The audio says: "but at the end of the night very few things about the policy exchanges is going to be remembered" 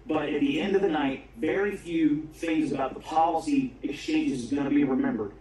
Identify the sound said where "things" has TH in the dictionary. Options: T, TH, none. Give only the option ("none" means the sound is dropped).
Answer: TH